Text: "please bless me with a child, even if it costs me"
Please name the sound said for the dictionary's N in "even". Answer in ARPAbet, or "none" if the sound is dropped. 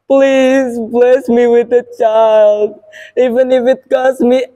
N